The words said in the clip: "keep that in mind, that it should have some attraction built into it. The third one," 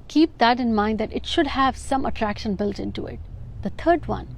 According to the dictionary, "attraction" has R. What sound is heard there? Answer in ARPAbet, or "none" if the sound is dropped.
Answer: R